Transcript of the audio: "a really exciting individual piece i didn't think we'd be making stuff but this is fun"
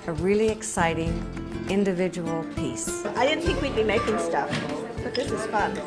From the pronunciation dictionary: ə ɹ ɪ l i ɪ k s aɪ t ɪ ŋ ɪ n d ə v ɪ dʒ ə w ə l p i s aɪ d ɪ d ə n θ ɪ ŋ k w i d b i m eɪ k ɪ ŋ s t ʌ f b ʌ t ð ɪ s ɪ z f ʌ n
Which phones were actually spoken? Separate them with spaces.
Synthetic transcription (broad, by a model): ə ɹ ɪ l i ɪ k s aɪ t ɪ ŋ ɪ n d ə v ɪ dʒ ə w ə l p i s aɪ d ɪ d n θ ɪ k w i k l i m eɪ k ɪ ŋ s t ʌ f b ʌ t ð ɪ s ɪ z f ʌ n